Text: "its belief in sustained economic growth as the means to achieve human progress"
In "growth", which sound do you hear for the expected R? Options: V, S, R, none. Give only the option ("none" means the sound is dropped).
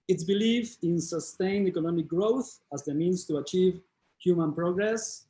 R